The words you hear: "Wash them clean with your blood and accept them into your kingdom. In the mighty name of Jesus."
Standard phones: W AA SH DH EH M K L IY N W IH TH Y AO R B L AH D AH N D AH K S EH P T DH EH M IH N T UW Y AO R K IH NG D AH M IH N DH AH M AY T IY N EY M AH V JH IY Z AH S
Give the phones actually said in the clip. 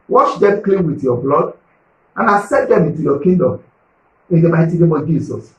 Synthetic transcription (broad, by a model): W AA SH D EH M K L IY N W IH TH Y AO B L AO D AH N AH S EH T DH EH M IH N T UW Y AO K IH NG D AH M IH N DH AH M AY T IY N EY M AH V JH IY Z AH S